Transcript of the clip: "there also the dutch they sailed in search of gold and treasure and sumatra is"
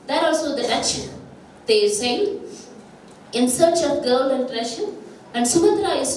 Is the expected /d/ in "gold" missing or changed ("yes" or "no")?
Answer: yes